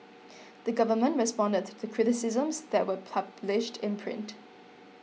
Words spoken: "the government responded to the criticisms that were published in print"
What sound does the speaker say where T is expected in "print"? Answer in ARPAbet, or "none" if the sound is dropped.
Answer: T